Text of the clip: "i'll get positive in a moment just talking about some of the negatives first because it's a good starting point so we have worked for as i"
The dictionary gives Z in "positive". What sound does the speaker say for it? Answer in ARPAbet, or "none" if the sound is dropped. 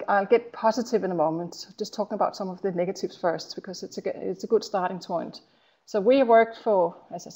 Z